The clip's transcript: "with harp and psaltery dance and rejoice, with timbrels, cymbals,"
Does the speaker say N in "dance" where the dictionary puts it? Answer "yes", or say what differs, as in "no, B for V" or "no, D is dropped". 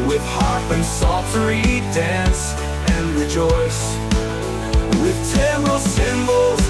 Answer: yes